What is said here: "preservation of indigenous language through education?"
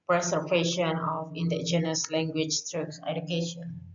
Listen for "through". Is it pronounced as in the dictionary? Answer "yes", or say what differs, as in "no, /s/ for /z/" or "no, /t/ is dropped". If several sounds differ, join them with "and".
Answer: no, /t/ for /θ/